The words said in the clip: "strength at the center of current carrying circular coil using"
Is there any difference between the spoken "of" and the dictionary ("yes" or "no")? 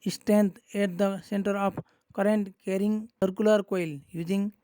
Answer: yes